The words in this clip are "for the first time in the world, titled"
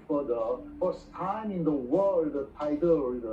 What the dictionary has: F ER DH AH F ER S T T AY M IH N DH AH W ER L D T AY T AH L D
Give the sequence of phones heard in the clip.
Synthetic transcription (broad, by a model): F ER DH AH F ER S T T AY M IH N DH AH W ER L D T AY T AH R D